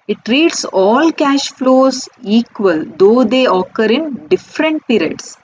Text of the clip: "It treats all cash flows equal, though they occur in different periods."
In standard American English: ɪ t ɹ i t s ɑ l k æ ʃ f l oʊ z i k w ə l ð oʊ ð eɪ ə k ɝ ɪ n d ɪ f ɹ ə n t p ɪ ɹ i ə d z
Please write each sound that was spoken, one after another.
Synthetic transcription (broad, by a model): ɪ t ɹ i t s ɑ l k æ ʃ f l oʊ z i k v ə l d oʊ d eɪ ə k ɝ ɪ n d ɪ f ɹ ə n t p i ɹ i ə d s